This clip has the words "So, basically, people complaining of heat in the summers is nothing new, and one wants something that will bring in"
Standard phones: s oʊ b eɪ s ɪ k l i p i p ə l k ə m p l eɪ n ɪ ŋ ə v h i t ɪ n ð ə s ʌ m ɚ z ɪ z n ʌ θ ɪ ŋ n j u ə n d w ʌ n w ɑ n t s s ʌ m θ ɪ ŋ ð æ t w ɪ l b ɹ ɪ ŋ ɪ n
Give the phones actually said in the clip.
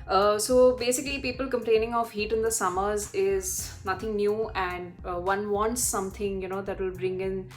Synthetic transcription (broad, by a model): s oʊ b eɪ s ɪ k l i p i p ə l k ə m p l eɪ n ɪ ŋ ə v h i t ɪ n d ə s ʌ m ɚ z ɪ z n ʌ t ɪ ŋ n j u ə n d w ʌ n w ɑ n t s s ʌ m t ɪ ŋ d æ t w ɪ l b ɹ ɪ ŋ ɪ n